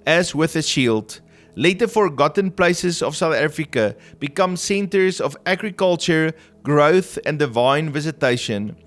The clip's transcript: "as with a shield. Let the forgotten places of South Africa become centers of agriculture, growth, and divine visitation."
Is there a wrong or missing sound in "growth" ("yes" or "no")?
no